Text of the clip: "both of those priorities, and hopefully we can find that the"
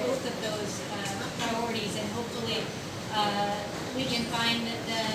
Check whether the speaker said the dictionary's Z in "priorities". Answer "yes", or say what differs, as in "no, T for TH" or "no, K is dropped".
yes